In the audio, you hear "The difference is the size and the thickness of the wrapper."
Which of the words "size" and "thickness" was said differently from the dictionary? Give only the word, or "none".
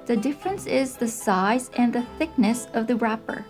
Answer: none